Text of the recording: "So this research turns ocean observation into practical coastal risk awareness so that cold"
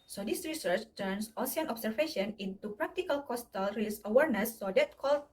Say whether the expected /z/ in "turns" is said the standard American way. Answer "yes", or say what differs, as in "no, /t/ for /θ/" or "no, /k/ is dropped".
no, /s/ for /z/